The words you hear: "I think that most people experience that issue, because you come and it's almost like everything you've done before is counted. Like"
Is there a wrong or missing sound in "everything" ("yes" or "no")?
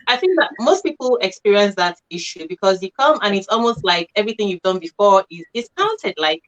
no